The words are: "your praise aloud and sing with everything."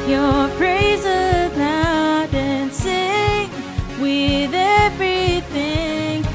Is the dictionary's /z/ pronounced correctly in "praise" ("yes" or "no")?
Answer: yes